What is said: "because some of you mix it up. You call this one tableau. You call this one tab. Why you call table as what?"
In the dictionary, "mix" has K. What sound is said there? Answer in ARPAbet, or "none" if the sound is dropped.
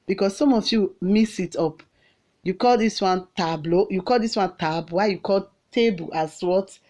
none